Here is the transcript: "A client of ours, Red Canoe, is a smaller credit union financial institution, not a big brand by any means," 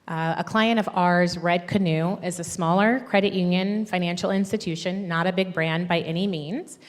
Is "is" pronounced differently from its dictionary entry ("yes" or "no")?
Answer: no